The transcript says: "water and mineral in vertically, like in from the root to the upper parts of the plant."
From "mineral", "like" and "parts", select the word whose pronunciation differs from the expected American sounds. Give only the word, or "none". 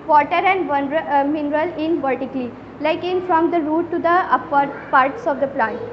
none